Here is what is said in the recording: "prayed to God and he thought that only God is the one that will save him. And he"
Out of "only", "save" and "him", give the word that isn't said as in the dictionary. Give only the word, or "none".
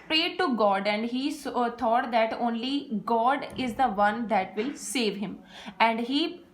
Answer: none